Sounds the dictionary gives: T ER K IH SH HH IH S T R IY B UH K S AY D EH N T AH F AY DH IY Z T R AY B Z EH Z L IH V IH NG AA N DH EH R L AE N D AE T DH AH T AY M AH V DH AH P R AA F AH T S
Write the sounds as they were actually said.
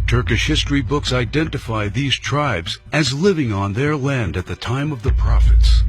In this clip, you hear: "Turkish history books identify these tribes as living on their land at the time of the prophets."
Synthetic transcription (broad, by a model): T ER K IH SH HH IH S T R IY B UH K S AY D EH N T AH F AY DH IY Z T R AY B Z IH Z L IH V IH NG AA N DH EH R L AE N D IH T DH AH T AY M AH V DH AH P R AA F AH T S